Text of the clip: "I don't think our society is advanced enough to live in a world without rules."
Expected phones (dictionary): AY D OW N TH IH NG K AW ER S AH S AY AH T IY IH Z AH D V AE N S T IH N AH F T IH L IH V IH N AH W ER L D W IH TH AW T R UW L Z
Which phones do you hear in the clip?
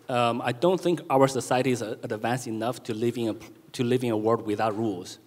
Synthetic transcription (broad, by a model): AY D OW N TH IH NG K AW ER S AH S AY AH T IY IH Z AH D V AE N S T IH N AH P T IH L IH V IH N AH W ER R D W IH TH AW T R UW L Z